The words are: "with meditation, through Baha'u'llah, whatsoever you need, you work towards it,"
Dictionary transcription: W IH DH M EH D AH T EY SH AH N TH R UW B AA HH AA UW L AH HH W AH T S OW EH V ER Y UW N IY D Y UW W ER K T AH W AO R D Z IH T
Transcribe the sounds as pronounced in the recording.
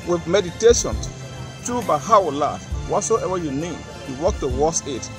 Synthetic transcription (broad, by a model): W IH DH M EH D AH T EY SH AH N T R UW B AA HH AA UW L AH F W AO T S OW EH V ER Y UW N IY D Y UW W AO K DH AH W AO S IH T